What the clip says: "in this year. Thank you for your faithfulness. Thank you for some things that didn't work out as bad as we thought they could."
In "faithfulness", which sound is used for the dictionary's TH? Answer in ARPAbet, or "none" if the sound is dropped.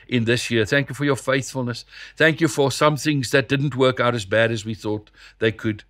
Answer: TH